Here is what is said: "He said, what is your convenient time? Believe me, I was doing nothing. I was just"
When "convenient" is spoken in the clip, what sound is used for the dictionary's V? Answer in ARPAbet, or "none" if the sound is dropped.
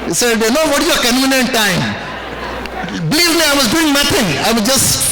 none